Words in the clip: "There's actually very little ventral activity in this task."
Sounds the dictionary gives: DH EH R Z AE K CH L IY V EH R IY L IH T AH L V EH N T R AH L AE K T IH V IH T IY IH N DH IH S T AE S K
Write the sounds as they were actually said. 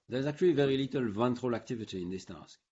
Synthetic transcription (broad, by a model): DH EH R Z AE K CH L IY V EH R IY L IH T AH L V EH N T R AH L AE K T IH V IH T IY IH N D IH S T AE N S